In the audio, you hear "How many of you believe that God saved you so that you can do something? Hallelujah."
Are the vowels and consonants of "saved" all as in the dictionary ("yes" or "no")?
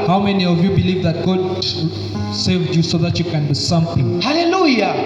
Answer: yes